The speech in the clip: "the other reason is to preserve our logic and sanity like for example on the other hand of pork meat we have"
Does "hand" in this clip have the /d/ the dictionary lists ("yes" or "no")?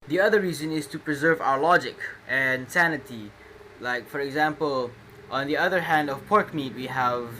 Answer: yes